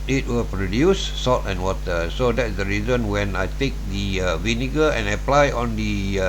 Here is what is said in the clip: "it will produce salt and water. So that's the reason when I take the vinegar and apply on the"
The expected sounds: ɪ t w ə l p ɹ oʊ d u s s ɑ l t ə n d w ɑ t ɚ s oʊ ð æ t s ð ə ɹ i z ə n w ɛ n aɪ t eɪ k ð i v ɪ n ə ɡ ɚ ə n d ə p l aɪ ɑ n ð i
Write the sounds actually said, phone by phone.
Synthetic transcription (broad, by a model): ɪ t w ə l p ɹ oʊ d u s s ɑ t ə n w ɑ t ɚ s oʊ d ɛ t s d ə ɹ i z ə n w ɛ n aɪ t eɪ k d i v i n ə ɡ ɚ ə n ə p l aɪ ɑ n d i